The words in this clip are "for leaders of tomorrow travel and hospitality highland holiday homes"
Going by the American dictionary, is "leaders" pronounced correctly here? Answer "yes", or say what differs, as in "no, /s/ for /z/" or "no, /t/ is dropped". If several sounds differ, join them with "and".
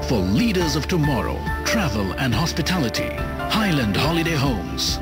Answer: yes